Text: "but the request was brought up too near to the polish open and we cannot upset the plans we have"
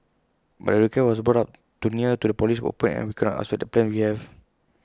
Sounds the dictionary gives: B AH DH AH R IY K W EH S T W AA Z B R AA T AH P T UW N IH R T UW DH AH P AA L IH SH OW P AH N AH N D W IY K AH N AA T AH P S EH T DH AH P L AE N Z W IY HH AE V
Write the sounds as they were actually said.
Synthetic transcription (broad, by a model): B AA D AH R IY K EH W AA S B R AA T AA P T UW N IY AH T UW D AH P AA L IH S OW P AH N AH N W IY K AH N AA T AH S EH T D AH P L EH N W IY HH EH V